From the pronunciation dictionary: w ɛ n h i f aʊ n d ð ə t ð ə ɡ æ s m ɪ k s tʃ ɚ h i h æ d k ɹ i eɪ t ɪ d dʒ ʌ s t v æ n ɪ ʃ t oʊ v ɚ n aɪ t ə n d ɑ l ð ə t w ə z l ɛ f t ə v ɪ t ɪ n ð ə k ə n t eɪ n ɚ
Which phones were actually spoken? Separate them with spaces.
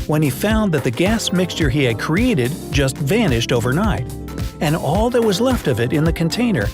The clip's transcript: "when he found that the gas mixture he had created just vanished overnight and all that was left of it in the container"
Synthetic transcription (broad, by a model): w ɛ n i f aʊ n ð ə t ð ə ɡ æ s m ɪ k s tʃ ɚ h i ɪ d k ɹ i eɪ t ɪ d dʒ ʌ s t v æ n ɪ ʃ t oʊ v ɚ n aɪ t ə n ɑ l ð ə t w ə z l ɛ f t ə v ɪ t ɪ n ð ə k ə n t eɪ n ɚ